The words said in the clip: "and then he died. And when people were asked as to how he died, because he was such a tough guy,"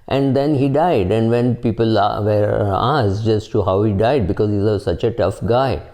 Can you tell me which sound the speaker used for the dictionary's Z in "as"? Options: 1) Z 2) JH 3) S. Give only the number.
3